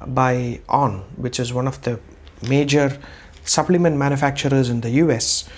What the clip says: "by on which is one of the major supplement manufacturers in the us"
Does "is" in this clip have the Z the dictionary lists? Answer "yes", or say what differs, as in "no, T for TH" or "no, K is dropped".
yes